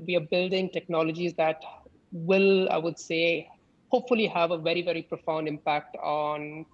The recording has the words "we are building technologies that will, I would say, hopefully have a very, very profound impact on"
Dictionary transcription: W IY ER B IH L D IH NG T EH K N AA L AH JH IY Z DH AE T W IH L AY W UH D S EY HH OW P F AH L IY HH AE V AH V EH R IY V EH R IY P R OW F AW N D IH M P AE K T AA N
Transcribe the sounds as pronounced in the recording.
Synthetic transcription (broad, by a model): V IY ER B IH L D IH NG T EH K N AA L AH JH IY Z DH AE T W IH L AY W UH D S EY HH OW P F AH L IY HH AE V AH V EH R IY V EH R IY P R OW F AW N D IH M P AE K T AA N